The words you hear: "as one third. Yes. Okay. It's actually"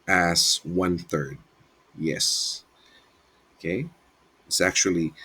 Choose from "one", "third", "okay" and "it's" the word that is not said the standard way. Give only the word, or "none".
none